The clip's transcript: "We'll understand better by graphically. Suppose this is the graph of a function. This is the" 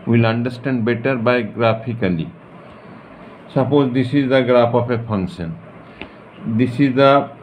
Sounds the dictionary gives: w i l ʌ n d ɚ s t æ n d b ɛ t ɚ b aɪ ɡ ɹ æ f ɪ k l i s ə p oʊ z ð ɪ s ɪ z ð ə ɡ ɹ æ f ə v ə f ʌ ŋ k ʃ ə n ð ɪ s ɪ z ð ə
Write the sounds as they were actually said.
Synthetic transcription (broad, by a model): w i l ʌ n d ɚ s t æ n d b ɛ t ɚ b aɪ ɡ ɹ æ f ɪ k l i s ə p oʊ z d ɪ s ɪ z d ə ɡ ɹ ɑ p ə p ə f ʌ ŋ k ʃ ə n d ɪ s ɪ z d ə